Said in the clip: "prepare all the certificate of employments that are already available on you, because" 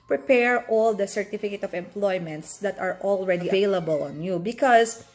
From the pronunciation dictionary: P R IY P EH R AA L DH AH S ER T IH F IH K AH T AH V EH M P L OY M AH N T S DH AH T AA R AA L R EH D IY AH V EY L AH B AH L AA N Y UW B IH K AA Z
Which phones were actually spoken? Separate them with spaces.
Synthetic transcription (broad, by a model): P R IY P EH R AA L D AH S ER T IH F IH K AH T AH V EH M P L OY M AH N T S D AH T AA R AA L R EH D IY AH V EY L AH B AH L AA N Y UW B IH K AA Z